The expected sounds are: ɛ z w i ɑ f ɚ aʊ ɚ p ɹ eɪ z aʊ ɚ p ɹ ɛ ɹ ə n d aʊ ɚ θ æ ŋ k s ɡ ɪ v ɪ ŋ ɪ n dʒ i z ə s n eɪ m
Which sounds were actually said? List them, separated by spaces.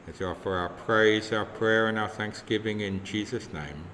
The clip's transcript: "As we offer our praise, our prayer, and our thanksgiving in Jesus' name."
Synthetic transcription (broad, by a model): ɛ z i ɑ f ɚ aʊ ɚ p ɹ eɪ z aʊ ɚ p ɹ ɛ ɹ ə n aʊ ɚ θ æ ŋ k s ɡ ɪ v ɪ ŋ ɪ n dʒ i z ə s n eɪ m